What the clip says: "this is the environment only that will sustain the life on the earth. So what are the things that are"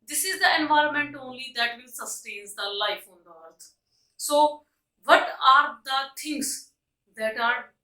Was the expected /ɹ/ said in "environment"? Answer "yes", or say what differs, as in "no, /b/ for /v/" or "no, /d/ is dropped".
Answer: yes